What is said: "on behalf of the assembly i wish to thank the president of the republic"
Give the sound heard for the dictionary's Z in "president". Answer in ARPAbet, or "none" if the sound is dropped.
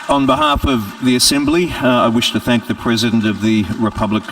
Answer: Z